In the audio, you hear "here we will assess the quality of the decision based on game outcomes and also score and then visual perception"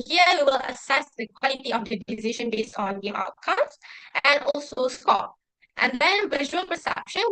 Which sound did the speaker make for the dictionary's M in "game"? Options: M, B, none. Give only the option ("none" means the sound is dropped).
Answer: none